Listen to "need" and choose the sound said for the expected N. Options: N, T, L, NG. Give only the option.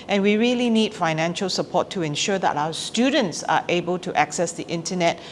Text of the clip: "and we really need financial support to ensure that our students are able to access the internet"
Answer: N